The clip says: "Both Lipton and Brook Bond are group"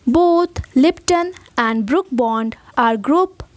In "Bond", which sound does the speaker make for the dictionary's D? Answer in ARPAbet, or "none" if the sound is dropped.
D